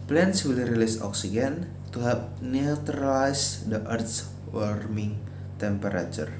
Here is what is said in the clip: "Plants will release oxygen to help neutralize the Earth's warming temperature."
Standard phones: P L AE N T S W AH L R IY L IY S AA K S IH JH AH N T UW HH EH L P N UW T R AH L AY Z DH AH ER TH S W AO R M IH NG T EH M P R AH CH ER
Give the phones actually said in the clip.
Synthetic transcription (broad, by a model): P L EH N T S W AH L R IY L IY S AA K S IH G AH N T UW HH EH P N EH T R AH L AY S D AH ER T S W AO R M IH NG T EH M P R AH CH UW